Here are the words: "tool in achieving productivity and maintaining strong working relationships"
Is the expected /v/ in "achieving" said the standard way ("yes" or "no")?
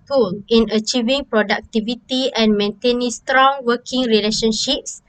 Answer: yes